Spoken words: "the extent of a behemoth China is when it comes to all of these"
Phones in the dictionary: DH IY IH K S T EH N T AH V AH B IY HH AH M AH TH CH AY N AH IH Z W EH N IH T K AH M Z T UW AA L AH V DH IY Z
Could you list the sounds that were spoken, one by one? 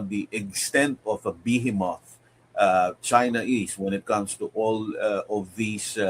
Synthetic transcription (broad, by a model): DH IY IH K S T EH N T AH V AH B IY HH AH M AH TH CH AY N AH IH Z W EH N IH T K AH M S T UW AA L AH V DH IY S